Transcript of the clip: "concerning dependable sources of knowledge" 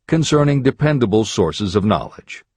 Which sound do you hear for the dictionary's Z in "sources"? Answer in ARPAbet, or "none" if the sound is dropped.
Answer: Z